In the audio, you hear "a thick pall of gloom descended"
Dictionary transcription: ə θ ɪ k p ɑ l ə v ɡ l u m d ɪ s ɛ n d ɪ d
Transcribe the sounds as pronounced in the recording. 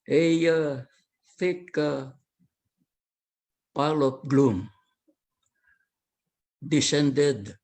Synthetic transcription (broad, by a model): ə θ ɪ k p ɑ l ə p ɡ l u m d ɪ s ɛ n d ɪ d